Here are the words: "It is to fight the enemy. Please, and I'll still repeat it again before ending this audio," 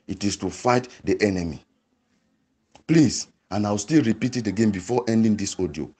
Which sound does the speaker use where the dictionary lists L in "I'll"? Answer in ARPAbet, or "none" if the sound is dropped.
W